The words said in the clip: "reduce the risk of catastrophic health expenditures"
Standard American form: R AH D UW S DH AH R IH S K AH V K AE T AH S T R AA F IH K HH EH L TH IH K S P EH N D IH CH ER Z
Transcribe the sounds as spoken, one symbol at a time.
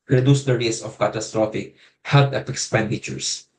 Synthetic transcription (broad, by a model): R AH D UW S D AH R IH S AH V K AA T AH S T R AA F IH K HH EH L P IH K S P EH N D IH CH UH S